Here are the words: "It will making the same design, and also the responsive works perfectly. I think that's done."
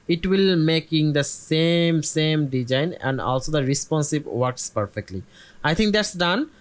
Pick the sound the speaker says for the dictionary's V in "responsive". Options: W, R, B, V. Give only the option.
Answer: B